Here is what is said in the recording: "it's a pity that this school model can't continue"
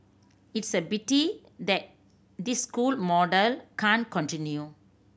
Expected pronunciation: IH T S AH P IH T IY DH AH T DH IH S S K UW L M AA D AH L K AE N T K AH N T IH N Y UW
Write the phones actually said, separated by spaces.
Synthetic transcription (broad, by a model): IH T S AH B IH T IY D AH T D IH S S K UW L M AA D AH L K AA N K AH N T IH N Y UW